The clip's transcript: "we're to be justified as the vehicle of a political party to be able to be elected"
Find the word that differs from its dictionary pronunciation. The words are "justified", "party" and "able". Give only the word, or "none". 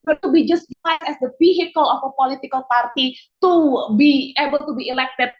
justified